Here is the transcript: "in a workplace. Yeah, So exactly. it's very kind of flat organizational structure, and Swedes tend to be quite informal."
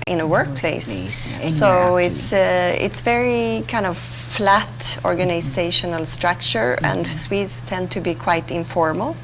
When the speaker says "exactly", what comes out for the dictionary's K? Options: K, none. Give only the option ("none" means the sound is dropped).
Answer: none